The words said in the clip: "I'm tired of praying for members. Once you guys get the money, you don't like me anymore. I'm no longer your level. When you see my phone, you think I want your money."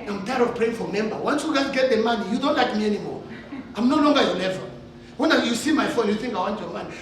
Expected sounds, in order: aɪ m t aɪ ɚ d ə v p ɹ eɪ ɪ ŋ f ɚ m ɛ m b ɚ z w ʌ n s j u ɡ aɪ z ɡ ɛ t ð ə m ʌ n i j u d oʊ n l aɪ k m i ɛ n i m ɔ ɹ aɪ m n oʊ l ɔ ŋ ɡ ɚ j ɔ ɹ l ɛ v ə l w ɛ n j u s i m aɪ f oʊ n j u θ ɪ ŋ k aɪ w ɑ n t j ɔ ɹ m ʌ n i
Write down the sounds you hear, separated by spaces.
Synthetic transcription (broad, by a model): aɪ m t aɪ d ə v p ɹ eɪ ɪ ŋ f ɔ m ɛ m b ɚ w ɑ n s j u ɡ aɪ ɡ ɛ t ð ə m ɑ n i j u d oʊ n l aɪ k m i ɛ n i m ɔ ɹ aɪ m n oʊ l ɔ ŋ ɡ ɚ j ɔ l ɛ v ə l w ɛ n j u s i m aɪ f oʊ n j u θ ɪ ŋ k aɪ w ɑ n t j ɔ m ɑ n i